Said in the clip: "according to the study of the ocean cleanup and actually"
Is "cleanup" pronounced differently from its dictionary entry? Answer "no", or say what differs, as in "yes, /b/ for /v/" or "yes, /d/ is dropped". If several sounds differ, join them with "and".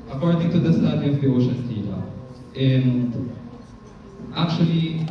yes, /p/ is dropped